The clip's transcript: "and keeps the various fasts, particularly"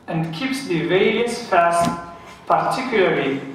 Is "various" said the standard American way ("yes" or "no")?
no